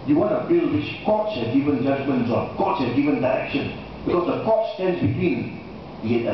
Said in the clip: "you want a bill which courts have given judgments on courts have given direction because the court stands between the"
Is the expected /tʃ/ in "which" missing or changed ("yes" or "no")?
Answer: yes